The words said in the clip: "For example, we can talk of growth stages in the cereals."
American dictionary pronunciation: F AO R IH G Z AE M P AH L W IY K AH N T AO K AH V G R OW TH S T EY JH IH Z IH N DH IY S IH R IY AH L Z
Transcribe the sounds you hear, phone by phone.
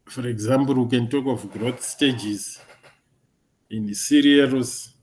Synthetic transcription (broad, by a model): F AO R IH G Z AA M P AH L W IY K AH N T AO K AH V G R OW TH S T EY JH IH Z IH N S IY R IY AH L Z